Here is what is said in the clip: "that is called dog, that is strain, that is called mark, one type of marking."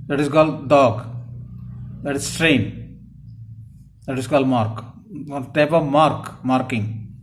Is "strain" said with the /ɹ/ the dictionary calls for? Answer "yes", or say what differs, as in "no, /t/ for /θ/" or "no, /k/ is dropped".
yes